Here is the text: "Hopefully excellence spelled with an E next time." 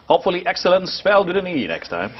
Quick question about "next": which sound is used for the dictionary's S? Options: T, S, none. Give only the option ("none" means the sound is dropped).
S